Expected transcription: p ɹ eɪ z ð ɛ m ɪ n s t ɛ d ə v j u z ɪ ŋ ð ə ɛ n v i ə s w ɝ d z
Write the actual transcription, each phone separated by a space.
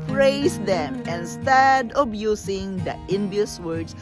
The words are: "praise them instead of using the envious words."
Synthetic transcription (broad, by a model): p ɹ eɪ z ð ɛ m ɪ n s t ɛ d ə b j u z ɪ ŋ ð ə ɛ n b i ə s w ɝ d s